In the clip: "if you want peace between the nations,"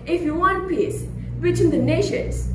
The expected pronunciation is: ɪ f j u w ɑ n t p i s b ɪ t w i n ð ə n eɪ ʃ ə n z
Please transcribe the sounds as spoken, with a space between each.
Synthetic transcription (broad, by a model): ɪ f j u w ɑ n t p i s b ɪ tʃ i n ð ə n eɪ ʃ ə n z